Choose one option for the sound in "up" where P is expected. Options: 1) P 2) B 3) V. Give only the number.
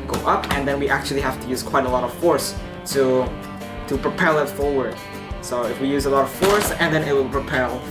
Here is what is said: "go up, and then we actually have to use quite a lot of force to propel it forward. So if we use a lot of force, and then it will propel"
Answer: 1